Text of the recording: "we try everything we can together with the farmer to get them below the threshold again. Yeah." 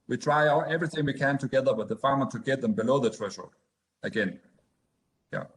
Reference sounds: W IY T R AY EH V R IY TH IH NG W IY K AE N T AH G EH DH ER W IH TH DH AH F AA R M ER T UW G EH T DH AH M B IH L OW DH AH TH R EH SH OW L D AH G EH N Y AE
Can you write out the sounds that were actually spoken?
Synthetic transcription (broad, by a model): W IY T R AY EH V R IY TH IH NG W IY K AE N T AH G EH DH ER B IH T DH AH F AA R M ER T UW G EH T DH AH M B IH L OW DH AH T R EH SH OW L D AH G EH N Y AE